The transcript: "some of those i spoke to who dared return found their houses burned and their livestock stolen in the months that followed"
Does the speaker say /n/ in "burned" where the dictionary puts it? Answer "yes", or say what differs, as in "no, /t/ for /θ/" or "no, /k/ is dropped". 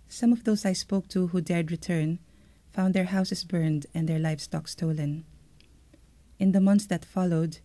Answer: yes